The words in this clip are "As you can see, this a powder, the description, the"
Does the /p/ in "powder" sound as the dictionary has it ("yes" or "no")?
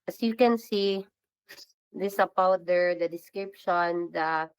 no